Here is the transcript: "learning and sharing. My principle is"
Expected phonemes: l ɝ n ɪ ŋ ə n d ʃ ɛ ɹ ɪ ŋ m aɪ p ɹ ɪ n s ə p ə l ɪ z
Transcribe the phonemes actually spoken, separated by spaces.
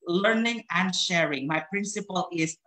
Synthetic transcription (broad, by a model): l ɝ n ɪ ŋ ə n d ʃ ɛ ɹ ɪ ŋ m aɪ p ɹ ɪ n s ə p ə l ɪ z